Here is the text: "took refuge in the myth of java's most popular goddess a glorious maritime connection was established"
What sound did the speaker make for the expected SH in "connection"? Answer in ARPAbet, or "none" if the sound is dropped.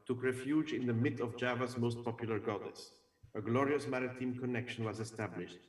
SH